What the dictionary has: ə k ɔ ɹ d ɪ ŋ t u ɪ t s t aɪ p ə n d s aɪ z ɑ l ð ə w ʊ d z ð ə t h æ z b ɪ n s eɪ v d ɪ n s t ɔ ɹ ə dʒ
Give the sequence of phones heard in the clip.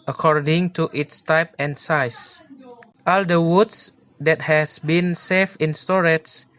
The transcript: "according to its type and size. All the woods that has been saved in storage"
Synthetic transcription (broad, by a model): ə k ɔ ɹ d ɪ ŋ t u ɪ t s t aɪ p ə n s aɪ s ɑ l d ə w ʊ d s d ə t h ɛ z b ɪ n s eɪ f ɪ n s t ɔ ɹ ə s